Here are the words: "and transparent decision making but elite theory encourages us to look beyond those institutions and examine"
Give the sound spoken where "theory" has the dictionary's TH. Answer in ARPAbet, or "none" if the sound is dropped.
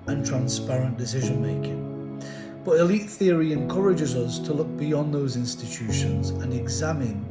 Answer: TH